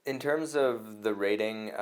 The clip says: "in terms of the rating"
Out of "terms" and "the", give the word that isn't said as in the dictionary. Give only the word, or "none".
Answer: none